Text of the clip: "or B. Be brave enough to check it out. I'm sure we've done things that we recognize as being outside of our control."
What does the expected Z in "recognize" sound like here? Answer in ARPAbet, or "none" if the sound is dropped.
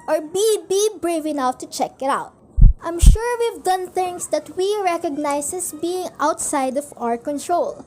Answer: S